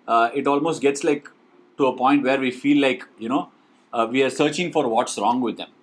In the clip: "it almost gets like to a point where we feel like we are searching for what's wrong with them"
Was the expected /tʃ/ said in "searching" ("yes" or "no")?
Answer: yes